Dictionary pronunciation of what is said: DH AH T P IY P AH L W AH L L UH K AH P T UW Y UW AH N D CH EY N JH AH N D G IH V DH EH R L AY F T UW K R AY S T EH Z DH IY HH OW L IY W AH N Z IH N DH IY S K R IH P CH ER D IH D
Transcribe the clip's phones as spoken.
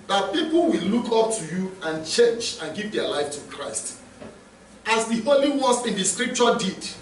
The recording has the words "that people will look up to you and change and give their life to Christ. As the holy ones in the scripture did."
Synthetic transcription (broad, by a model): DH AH T P IY P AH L W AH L L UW K AH P T UW Y UW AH N CH EY N JH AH N G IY V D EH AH L AY F T UW K R AY S T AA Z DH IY HH OW L IY W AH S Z IH N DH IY S K R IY P CH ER D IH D